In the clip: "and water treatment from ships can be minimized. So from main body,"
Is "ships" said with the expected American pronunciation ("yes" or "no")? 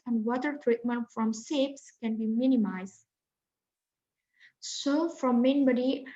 no